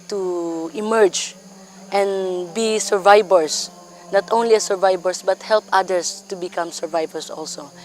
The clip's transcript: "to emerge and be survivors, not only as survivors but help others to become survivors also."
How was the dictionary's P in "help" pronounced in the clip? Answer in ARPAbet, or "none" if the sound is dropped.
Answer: P